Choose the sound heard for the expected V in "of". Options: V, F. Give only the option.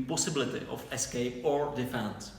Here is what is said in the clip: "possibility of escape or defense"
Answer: F